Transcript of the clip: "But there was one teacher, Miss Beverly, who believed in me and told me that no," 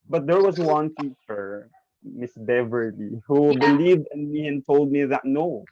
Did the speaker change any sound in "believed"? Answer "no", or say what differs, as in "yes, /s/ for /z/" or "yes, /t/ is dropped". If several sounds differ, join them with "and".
no